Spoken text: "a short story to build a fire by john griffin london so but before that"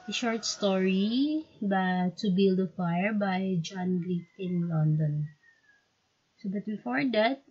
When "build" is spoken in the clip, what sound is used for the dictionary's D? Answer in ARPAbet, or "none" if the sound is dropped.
D